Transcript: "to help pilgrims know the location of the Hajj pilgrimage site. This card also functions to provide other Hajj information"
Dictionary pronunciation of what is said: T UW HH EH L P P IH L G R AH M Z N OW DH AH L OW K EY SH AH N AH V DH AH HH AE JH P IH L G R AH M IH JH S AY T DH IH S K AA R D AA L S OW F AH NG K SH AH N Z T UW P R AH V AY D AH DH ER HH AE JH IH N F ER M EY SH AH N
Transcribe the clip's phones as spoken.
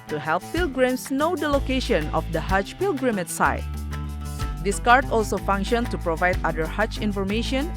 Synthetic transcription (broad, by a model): T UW HH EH L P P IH L G R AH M S N OW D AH L OW K EY SH AH N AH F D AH HH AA CH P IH L G R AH M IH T S AY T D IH S K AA R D AA L S OW F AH NG K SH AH N S T UW P R AH V AY D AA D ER HH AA CH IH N F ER M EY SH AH N